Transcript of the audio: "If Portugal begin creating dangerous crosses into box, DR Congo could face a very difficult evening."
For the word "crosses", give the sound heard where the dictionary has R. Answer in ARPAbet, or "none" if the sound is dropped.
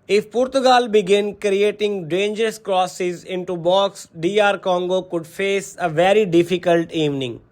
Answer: R